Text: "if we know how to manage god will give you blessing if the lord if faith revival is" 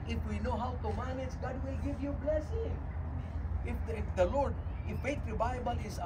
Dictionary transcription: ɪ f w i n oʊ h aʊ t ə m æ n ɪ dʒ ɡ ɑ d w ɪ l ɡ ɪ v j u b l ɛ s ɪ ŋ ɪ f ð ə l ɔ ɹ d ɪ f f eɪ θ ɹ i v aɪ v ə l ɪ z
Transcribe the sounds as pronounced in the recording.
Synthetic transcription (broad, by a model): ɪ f w i n oʊ h aʊ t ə m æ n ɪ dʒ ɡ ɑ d w ɪ l ɡ ɪ v j u b l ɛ s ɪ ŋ ɪ f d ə l ɔ ɹ d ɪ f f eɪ t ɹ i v aɪ b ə l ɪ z